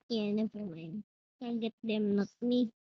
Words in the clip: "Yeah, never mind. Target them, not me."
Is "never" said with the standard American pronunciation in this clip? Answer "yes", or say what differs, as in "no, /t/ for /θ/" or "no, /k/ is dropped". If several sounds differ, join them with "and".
no, /f/ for /v/